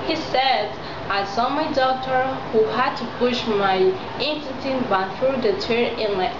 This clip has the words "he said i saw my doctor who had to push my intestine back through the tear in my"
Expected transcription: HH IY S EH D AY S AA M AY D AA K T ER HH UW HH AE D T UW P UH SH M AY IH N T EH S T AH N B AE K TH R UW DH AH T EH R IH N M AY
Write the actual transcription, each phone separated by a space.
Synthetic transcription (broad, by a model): HH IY S EH D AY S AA M AY D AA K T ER HH UW HH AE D T UW P UH SH M AY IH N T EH T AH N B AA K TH R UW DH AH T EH R IH N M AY